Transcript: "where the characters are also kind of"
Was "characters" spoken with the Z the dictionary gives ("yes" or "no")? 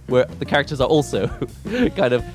yes